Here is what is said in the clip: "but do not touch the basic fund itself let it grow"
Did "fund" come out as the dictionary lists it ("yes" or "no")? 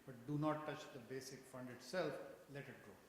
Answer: yes